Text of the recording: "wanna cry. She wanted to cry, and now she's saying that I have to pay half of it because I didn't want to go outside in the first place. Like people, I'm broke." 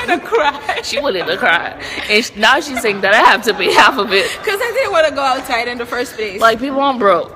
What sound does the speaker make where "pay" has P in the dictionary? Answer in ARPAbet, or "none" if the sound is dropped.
B